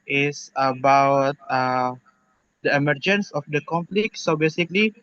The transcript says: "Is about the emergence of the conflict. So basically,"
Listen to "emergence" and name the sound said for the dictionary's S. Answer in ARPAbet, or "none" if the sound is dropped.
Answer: S